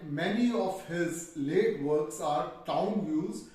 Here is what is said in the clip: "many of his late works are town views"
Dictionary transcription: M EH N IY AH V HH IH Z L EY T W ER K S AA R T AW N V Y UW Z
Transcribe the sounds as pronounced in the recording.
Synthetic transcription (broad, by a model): M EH N IY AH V HH IH Z L EY T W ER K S AA R T AW N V Y UW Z